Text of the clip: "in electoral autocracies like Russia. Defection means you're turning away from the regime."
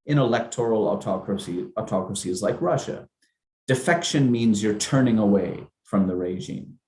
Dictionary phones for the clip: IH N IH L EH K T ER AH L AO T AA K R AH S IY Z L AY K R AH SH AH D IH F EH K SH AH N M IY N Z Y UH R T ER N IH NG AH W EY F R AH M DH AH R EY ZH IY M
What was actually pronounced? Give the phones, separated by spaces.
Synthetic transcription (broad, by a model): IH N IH L EH K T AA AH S AO T AA K R AH S IY Z L AY K R AH SH AH D IH F EH K SH AH N M IY N Z Y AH R T ER N IH NG AH W EY F R AH M DH AH R EY ZH IY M